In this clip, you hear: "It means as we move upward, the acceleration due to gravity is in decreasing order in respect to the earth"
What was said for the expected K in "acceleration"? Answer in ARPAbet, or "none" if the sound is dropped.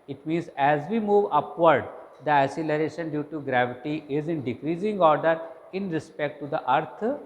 none